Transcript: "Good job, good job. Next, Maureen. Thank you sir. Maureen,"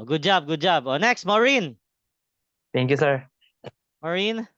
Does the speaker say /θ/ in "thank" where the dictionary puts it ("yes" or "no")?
no